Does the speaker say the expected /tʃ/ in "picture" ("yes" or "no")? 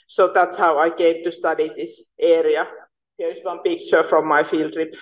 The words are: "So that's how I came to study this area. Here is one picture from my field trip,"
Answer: yes